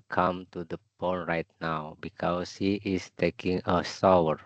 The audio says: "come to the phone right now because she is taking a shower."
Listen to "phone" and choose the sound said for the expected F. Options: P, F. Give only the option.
P